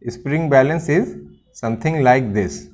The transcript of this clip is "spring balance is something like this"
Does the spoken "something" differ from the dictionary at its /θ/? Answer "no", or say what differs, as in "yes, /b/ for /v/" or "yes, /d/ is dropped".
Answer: yes, /t/ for /θ/